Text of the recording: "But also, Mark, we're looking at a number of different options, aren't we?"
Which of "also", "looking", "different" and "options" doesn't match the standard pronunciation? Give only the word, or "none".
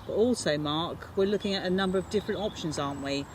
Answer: none